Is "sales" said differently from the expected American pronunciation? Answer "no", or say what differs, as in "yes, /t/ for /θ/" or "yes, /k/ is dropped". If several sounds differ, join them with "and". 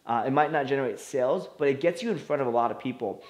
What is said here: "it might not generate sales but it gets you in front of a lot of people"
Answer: no